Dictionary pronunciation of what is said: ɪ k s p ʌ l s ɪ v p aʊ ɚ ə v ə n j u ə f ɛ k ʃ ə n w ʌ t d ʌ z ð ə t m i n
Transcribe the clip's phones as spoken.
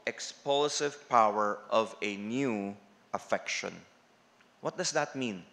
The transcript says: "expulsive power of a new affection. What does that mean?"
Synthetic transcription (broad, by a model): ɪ k s p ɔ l s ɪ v p aʊ ɚ ə v ə n j u ə f ɛ k ʃ ə n w ʌ t d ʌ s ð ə t m i n